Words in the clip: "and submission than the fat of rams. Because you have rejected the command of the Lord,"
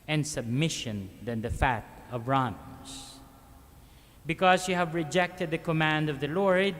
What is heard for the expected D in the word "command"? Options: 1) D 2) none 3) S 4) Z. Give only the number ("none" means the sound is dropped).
1